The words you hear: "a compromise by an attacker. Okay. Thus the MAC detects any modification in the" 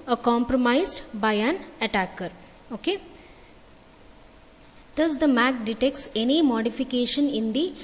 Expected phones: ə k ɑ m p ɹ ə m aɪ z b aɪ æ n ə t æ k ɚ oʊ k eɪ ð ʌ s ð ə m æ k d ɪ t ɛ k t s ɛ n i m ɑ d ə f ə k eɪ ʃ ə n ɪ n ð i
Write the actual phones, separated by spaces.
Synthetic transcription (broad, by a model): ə k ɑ m p ɹ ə m aɪ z b aɪ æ n ə t æ k ɚ oʊ k eɪ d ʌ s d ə m æ k d ɪ t ɛ k t s ɛ n i m ɑ d ə f ə k eɪ ʃ ə n ɪ n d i